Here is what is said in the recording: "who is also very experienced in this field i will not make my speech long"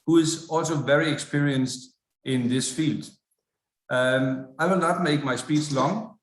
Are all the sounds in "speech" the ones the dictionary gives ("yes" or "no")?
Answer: no